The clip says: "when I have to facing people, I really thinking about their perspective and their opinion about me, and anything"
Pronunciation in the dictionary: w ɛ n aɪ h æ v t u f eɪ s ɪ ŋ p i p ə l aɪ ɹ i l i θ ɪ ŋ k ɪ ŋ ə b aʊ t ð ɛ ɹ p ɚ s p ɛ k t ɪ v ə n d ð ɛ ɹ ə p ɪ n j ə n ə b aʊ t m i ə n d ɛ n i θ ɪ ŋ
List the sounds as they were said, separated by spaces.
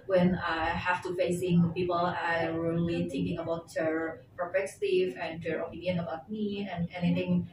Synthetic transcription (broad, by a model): w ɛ n aɪ h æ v t u f eɪ s ɪ ŋ p i p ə l aɪ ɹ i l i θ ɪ ŋ k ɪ ŋ ə b aʊ t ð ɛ ɹ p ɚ p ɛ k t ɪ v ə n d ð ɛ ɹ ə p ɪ n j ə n ə b aʊ t m i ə n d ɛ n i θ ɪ ŋ